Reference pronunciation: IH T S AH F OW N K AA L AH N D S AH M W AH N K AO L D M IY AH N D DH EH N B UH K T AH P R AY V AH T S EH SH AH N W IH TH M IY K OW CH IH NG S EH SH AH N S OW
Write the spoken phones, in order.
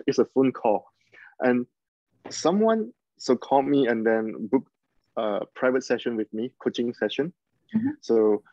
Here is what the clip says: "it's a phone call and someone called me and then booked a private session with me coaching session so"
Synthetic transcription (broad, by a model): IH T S AH F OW N K AA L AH N S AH M W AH N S AO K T M IY AH N D EH N B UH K AH P R AY V AH T S EH SH AH N W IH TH M IY K OW CH IH NG S EH SH AH N S OW